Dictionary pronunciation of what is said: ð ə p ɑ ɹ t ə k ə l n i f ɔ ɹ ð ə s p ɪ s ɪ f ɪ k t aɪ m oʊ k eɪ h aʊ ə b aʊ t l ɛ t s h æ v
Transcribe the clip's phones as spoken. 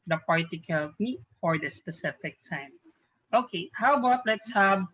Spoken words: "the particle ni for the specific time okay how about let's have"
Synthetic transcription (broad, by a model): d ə p ɑ ɹ t ə k ə l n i f ɔ ɹ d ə s p ɪ s ɪ f ɪ k t aɪ m oʊ k eɪ h aʊ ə b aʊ t l ɛ t s h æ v